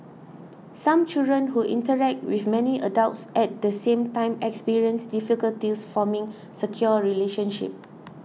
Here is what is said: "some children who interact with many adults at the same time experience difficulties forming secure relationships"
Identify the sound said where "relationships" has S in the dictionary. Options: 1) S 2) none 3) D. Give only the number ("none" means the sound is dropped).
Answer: 2